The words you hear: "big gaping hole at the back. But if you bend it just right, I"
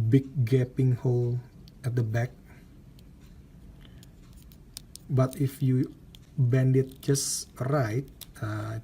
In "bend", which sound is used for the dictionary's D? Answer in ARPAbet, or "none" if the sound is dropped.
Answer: D